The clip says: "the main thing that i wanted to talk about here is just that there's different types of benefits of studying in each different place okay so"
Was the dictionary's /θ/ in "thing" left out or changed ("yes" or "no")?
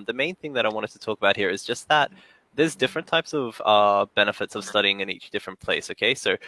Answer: no